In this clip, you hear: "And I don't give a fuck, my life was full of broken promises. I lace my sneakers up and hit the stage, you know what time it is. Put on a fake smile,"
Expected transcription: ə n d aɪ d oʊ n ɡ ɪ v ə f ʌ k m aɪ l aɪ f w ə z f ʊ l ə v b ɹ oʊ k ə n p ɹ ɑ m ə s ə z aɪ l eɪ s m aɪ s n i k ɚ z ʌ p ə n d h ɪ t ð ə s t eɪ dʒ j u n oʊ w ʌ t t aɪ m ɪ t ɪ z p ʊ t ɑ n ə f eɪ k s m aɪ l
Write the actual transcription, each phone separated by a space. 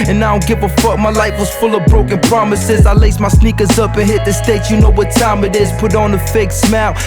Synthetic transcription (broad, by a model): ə n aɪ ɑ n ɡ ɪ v ə f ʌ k m aɪ l aɪ f w ə z f ʊ l ə v b ɹ oʊ k ə n p ɹ ɑ m ə s ə z aɪ l eɪ s m aɪ s n i k ɚ z ʌ p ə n h ɪ t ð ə s t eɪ tʃ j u n oʊ w ʌ t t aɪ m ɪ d ɪ z p ʊ t n ə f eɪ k s m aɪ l